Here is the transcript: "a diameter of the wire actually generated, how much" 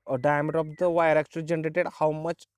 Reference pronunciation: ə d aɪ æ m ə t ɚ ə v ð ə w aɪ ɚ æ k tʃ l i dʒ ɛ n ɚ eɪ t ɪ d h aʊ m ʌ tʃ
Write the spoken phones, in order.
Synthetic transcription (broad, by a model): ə d aɪ m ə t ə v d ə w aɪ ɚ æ k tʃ i dʒ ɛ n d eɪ t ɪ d h aʊ m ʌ tʃ